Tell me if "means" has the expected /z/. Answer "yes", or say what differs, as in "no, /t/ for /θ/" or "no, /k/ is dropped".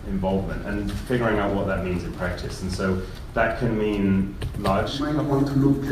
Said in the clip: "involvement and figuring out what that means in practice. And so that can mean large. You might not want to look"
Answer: yes